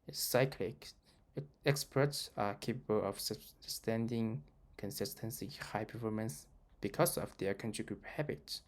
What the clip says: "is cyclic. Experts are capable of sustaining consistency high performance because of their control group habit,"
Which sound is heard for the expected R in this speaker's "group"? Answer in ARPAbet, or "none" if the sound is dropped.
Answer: R